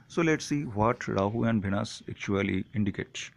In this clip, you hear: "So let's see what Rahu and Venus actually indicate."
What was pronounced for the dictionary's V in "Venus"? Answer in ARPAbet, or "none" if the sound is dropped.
B